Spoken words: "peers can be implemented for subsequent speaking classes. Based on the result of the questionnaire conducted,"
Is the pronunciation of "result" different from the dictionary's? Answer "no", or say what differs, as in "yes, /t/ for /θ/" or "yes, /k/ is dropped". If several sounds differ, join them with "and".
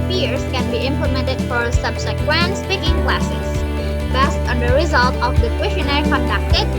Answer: no